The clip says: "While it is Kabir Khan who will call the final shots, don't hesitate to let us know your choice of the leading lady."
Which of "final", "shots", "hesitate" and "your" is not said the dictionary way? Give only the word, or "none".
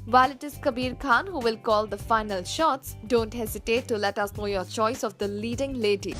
none